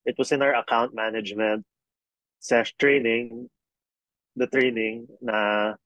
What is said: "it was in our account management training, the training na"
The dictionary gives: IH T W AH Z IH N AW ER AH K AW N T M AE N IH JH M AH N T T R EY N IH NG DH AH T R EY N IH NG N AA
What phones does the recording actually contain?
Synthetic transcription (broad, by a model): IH T W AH S IH N AW ER AH K AW N T M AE N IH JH M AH N T T R EY N IH NG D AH T R EY N IH NG N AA